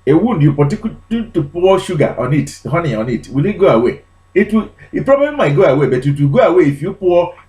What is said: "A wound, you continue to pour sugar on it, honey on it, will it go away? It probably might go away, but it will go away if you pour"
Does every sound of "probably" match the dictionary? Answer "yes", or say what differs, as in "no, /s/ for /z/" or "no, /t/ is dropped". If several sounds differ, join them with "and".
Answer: yes